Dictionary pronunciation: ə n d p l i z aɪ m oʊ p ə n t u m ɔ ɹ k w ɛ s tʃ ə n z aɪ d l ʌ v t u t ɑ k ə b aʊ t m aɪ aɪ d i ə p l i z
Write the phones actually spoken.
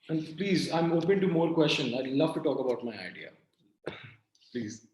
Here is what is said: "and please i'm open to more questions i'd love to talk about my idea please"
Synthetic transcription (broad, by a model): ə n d p l i z aɪ m oʊ p ə n t u m ɔ ɹ k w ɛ s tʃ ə n aɪ l ʌ v t u t ɑ k ə b aʊ t m aɪ aɪ d i ə p l i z